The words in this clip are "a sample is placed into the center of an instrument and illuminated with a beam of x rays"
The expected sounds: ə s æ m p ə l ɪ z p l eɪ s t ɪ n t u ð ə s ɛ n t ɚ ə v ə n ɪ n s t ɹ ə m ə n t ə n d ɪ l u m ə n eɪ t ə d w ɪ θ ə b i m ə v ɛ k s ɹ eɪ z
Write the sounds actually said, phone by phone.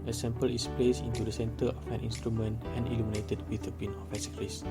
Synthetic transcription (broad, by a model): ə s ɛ m p ə l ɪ s p l eɪ s ɪ n t u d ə s ɛ n t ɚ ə f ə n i n s t ɹ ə m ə n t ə n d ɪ l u m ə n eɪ t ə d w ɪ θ ə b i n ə f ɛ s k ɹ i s